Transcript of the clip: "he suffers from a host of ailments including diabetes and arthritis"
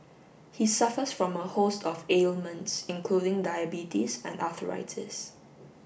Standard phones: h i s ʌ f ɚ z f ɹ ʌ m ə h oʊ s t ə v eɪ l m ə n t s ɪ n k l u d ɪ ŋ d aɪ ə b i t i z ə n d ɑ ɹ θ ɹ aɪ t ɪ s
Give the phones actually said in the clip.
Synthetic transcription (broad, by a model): h i s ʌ f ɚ s f ɹ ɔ m ə h oʊ s t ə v eɪ l m ə n t s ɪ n k l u d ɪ ŋ d aɪ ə b i t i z ə n d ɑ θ ɹ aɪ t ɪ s